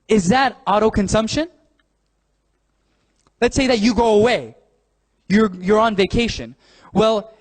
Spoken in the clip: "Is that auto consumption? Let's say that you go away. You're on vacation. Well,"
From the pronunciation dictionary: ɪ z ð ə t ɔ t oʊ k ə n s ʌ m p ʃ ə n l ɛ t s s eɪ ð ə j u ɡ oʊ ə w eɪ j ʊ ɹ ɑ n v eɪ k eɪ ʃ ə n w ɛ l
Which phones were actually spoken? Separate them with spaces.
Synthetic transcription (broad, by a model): ɪ z ð ə t ɔ t oʊ k ə n s ʌ m p ʃ ə n l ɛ t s s eɪ ð ə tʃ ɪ ɡ oʊ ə w eɪ j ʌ ɹ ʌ n v eɪ k eɪ ʃ ə n w ɛ l